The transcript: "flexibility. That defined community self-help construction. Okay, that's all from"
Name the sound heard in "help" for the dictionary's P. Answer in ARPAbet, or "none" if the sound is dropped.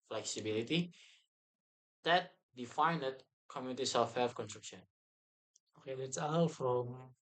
F